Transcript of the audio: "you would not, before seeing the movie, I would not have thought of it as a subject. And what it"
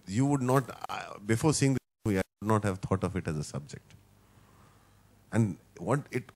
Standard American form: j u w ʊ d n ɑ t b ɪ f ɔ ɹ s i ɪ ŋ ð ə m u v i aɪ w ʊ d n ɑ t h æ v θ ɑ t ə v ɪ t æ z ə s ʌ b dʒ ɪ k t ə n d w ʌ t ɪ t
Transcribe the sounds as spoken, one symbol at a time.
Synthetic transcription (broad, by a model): j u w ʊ d n ɑ t b ɪ f ɔ ɹ s i ɪ ŋ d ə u i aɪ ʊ d n ɑ t h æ v t ɑ t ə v ɪ t æ z ə s ʌ b dʒ ɪ k t ə n d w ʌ t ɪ t